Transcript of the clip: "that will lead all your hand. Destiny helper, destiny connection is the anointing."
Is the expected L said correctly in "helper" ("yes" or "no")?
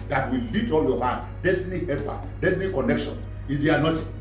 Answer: no